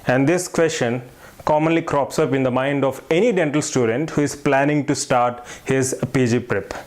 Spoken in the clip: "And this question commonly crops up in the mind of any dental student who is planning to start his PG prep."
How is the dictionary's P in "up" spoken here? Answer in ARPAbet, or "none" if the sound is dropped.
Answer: P